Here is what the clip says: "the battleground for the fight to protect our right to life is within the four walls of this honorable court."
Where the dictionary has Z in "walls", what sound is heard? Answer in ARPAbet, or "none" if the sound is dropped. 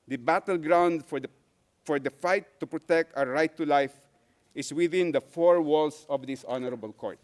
S